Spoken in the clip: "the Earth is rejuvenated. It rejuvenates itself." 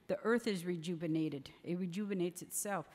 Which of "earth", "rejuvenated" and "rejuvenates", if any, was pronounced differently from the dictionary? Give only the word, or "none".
none